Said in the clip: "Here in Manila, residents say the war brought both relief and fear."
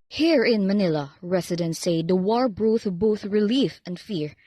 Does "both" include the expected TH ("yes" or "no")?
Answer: yes